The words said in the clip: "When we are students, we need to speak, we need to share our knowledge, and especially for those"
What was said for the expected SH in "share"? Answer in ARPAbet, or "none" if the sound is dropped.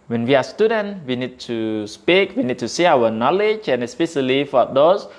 S